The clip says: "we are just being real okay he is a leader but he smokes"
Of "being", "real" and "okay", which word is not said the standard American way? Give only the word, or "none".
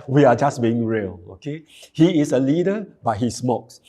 none